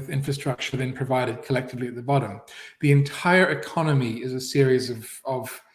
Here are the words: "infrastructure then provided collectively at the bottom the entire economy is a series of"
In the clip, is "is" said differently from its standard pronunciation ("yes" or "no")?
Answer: no